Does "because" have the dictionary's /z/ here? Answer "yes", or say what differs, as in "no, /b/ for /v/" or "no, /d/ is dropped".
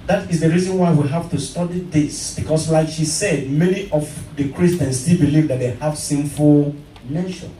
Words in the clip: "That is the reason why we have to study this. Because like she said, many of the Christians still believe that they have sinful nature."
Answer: no, /s/ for /z/